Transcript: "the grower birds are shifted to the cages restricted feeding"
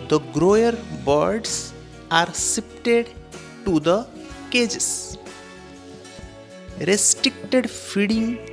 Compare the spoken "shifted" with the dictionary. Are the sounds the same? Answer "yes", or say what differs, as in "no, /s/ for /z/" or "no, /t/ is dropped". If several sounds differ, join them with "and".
no, /s/ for /ʃ/ and /p/ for /f/